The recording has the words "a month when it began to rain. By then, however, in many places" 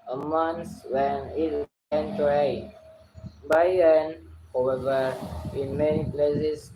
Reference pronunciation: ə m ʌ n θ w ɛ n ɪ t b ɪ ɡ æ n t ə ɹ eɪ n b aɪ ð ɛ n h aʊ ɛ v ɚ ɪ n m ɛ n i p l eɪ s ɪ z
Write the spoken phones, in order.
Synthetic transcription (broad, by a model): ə m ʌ n s w ɛ n ɪ t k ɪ n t ɹ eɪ b aɪ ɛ n h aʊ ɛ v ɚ ɪ n m ɛ n i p l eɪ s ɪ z